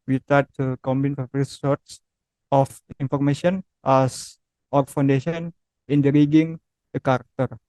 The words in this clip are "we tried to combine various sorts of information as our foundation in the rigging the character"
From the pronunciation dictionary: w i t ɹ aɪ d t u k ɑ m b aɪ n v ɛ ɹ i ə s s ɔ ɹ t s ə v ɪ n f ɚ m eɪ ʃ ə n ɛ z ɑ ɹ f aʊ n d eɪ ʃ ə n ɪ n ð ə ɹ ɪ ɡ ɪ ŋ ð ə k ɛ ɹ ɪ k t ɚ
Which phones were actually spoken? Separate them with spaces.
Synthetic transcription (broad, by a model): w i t aɪ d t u k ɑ m b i n f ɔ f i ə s s ɔ ɹ t s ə f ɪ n f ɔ m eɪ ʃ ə n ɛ s ɑ ɹ f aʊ n d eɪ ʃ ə n ɪ n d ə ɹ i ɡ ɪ ŋ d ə k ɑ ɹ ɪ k t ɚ